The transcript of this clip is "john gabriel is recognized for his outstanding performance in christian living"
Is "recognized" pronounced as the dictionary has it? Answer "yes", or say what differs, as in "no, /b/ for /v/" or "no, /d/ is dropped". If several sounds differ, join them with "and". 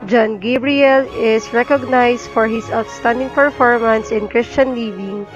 no, /s/ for /z/